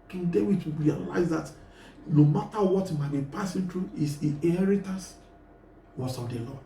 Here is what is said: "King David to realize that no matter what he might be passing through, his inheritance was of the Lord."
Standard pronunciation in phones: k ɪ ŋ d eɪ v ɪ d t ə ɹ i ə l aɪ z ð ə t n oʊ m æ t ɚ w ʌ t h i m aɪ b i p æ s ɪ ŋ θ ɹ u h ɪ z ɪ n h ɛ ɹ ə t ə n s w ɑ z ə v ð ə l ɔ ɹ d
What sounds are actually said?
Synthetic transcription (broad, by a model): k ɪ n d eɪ w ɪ t ə ɹ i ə l aɪ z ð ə t n oʊ m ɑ t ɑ w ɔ t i m aɪ b i p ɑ s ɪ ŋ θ ɹ u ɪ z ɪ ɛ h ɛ ɹ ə t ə s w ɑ s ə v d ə l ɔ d